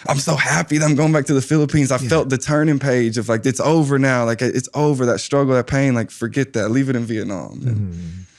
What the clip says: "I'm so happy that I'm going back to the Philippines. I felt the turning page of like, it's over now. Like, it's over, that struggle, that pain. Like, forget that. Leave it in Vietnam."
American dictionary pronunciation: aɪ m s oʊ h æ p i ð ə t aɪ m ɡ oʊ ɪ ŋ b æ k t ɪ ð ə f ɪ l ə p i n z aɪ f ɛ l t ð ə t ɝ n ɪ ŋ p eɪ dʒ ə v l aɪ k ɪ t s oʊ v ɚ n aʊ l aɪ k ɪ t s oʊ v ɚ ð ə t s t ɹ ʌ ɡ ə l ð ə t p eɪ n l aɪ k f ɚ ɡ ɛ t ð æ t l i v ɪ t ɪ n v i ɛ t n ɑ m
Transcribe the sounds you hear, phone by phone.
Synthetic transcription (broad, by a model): aɪ m s oʊ h æ p i ð ə t aɪ m ɡ oʊ ɪ ŋ b æ k t ɪ ð ə f ɪ l ə p i n z aɪ f ɛ l t ð ə t ɝ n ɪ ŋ p eɪ dʒ ə v l aɪ k ɪ t s oʊ v ɚ n aʊ l aɪ k ɪ t s oʊ v ɚ ð ə t s t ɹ ʌ ɡ l ð ə t p eɪ n l aɪ k f ɚ ɡ ɛ t ð æ t l i v ɪ t ɪ n v i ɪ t n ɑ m